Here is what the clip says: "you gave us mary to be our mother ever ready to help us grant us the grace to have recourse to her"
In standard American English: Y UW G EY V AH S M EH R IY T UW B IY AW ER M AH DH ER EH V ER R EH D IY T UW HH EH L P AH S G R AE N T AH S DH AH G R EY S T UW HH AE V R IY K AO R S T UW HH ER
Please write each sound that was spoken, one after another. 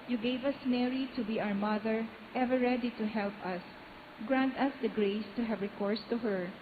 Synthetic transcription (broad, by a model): Y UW G EY V AH S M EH R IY T UW B IY AW ER M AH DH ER EH V ER R EH D IY T UW HH EH L P AH S G R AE N T AH S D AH G R EY S T UW HH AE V R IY K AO R S T UW HH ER